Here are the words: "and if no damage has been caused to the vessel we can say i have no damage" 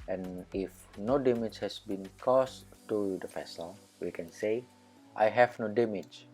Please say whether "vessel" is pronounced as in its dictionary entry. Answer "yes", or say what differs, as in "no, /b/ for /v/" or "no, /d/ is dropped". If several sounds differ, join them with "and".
no, /f/ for /v/